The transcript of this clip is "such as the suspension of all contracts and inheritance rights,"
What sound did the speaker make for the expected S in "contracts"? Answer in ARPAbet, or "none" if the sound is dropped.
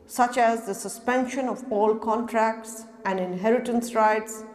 S